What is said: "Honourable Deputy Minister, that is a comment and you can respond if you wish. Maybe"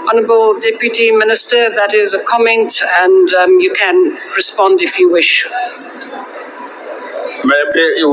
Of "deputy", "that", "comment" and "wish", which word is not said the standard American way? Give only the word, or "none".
none